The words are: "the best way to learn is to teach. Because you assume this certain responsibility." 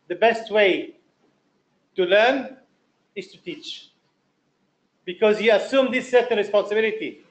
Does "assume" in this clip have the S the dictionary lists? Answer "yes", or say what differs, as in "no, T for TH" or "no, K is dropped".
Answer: yes